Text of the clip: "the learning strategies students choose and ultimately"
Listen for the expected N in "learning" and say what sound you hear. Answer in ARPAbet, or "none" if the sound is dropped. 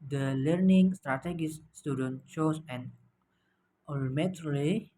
N